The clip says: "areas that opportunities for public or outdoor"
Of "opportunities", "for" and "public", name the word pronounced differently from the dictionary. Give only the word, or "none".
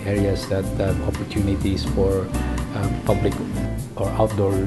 opportunities